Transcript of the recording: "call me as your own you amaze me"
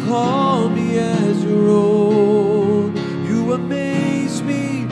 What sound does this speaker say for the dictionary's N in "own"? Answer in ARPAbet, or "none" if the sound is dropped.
L